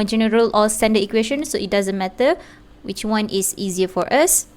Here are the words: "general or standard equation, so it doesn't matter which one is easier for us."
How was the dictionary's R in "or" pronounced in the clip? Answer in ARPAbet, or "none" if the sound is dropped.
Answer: L